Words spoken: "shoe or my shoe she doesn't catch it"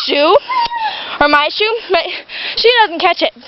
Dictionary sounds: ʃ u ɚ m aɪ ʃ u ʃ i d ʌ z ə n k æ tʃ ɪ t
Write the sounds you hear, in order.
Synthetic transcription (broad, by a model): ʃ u ɚ m aɪ ʃ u ʃ i d ʌ z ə n k æ tʃ ɪ t